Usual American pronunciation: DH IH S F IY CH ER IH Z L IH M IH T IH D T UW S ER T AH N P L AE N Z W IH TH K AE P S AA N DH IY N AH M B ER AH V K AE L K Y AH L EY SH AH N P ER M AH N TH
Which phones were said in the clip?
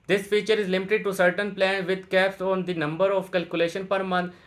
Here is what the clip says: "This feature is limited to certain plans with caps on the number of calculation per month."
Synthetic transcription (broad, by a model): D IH S F IY CH ER IH Z L IH M IH T IH D T UW S ER T AH N P L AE N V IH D K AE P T AA N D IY N AH M B ER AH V K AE L K Y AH L EY SH AH N P ER M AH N